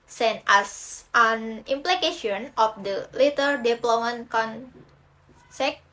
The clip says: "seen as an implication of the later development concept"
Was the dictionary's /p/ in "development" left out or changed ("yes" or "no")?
yes